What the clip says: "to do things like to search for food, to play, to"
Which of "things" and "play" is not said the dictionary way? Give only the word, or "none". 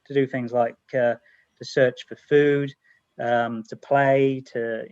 none